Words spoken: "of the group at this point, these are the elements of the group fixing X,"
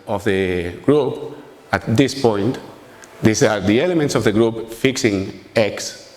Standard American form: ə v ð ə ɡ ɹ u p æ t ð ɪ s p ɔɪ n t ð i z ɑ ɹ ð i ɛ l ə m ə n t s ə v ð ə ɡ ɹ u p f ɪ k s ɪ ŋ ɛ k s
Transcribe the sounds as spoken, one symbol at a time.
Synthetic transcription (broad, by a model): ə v ð ə ɡ ɹ u p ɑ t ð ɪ s p ɔɪ n t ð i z ɑ ɹ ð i ɛ l ə m ə n t s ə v ð ə ɡ ɹ u p f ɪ k s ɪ ŋ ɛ k s